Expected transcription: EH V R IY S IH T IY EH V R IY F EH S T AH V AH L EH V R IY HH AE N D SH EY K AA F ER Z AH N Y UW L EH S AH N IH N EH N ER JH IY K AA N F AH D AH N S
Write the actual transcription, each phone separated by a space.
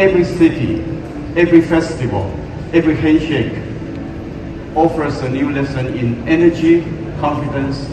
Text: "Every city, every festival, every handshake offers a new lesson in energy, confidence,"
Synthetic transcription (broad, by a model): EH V R IY S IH T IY EH V R IY F EH S T AH V AH L EH V R IY HH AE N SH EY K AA F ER S AH N Y UW L EH S AH N IH N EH N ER JH IY K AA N F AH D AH N S